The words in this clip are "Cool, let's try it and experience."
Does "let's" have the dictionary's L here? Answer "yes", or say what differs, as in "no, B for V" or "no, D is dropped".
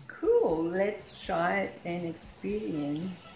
yes